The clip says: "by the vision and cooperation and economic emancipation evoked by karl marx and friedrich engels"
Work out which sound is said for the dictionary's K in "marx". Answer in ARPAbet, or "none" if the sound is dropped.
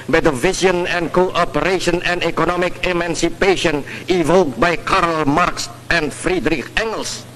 K